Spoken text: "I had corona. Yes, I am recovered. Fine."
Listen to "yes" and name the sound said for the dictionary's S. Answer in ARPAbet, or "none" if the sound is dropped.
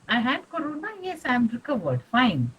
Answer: S